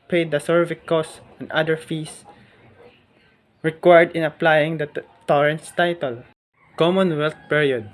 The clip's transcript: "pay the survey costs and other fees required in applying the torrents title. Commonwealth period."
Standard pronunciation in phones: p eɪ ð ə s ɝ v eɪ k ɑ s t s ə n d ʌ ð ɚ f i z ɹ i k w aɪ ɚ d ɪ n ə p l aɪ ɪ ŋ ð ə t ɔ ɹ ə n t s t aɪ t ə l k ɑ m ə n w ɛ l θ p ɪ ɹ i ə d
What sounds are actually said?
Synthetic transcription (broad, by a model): p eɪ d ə s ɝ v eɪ k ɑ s s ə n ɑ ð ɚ f i s ɹ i k w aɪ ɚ d ɪ n ə p l aɪ ɪ ŋ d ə t ɔ ɹ ə n t s t aɪ t ə l k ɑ m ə n w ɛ l t p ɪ ɹ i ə d